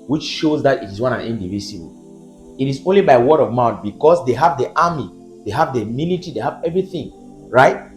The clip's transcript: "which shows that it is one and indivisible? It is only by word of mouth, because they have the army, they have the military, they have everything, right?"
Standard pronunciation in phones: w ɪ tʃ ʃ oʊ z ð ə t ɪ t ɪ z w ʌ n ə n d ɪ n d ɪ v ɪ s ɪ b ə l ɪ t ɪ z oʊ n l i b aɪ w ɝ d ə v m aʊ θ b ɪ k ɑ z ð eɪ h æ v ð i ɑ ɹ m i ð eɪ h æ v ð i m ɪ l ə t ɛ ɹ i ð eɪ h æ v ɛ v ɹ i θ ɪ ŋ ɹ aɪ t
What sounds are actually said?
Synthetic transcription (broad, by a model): w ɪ tʃ ʃ oʊ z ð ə t ɪ t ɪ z w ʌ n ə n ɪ n d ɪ v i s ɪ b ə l ɪ t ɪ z oʊ n l i b aɪ w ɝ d ə v m aʊ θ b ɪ k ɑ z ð eɪ h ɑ v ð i ɑ m i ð eɪ h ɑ v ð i m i n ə t i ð eɪ h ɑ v ɛ v ɹ i θ ɪ ŋ ɹ aɪ t